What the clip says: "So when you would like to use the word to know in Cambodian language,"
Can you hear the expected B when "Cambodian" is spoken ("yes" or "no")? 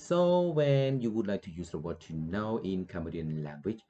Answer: no